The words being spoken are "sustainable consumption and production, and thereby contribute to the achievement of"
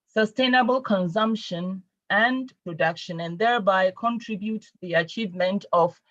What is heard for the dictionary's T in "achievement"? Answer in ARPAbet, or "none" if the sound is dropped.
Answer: T